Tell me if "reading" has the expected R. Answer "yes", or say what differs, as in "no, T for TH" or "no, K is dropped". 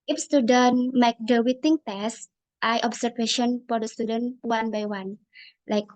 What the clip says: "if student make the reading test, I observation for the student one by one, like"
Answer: no, W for R